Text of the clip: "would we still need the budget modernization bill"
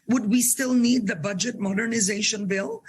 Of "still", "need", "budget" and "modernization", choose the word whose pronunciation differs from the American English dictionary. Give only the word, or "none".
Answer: none